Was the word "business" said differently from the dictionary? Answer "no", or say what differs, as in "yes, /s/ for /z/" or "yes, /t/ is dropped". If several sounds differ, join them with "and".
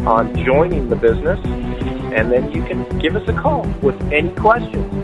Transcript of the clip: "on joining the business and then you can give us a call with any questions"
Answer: no